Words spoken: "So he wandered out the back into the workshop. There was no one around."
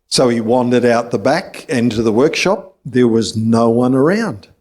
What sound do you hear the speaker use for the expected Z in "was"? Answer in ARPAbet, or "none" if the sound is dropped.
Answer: Z